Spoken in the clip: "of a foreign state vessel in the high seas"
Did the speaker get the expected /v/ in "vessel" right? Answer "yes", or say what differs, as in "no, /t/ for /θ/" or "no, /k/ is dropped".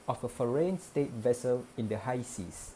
yes